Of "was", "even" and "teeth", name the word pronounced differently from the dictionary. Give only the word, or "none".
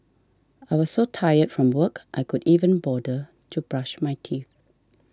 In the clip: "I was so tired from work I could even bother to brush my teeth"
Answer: none